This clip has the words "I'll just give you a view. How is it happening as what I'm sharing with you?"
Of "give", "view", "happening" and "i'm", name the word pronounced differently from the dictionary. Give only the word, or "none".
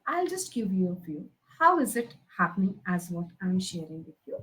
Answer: view